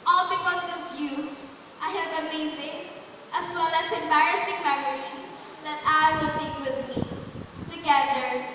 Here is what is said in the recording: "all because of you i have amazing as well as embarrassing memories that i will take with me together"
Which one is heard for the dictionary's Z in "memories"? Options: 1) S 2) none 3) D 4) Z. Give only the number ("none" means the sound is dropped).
1